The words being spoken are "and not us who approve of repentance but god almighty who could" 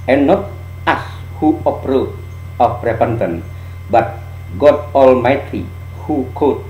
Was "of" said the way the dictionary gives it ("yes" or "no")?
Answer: no